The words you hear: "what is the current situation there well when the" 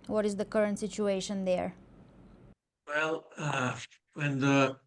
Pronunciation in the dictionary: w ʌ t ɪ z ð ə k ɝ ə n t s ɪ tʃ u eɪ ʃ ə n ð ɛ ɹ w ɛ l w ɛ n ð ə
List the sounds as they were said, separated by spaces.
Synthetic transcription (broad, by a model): w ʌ t ɪ z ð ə k ɝ ə n t s ɪ tʃ u eɪ ʃ ə n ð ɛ ɹ w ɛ l w ɛ n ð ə